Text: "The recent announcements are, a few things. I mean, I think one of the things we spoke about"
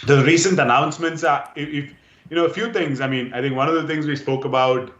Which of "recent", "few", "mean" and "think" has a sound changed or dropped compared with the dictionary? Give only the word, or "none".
think